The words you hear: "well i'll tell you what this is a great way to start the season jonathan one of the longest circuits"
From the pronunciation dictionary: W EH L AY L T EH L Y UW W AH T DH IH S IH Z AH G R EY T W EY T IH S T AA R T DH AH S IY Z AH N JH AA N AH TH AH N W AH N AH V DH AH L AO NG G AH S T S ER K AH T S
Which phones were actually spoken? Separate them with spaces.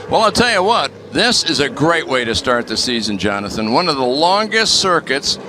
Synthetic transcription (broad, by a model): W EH L AY L T EH L Y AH W AH T DH IH S IH Z AH G R EY T W EY T IH S T AA R T DH AH S IY Z AH N JH AA N AH TH AH N W AH N AH V DH AH L AO NG G AH S T S ER K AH T S